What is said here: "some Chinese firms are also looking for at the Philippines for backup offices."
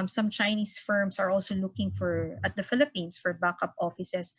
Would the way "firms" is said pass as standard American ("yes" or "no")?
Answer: no